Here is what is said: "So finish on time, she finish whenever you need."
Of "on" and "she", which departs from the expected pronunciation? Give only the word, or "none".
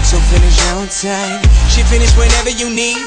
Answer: on